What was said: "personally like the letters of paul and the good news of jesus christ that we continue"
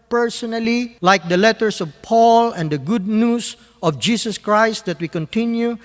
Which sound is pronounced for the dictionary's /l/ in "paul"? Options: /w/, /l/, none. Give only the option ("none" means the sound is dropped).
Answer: /l/